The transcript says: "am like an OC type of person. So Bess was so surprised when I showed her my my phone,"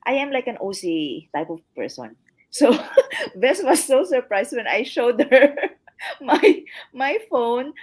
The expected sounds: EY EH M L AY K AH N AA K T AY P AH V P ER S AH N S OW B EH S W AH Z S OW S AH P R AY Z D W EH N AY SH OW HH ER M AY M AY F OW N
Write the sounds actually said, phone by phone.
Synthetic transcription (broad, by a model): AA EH M L AY K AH N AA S T AY P AH V P ER S AH N S OW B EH S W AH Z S OW S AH P R AY S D W EH N AY SH OW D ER M AY M AY F OW N